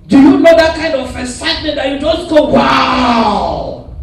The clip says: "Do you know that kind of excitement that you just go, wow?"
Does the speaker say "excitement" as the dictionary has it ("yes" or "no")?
no